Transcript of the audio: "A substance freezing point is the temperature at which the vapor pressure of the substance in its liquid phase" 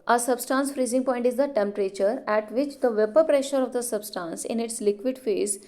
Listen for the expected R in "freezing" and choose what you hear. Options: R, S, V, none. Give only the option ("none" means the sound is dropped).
R